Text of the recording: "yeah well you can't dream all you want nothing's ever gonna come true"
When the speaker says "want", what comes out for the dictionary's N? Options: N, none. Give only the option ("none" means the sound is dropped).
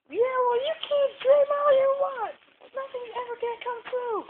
none